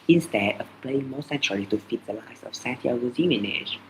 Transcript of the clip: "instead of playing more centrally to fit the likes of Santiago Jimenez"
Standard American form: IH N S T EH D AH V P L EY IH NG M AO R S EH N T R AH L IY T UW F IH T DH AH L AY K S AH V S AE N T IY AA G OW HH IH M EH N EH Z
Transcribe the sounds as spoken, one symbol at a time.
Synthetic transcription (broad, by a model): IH N S T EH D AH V P L EY IH NG M AO S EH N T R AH L IY T UW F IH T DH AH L AY S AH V S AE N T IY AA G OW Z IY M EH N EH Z